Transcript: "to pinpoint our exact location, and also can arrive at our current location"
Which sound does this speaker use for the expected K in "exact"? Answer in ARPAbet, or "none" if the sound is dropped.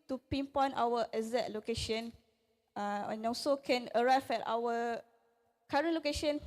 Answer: none